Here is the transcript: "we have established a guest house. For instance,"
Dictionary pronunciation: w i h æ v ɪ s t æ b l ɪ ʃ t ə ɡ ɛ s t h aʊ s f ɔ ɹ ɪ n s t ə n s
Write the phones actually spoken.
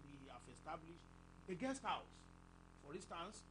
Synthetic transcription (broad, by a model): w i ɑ f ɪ s t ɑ b l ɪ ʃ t ə ɡ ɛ s t h aʊ s f ɔ ɹ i n s t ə n s